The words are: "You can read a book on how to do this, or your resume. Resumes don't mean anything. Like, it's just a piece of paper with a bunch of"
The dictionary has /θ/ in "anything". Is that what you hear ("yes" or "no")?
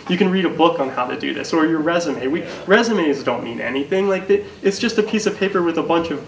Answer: yes